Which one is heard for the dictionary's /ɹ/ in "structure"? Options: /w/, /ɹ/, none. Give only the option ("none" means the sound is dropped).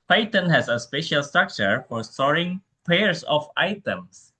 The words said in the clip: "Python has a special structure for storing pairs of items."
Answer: /ɹ/